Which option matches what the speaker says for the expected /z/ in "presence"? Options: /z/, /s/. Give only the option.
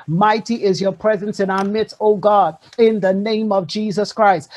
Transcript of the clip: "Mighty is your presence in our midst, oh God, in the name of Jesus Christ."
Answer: /z/